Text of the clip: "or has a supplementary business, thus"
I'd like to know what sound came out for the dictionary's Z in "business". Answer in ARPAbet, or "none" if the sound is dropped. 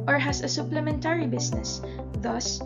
S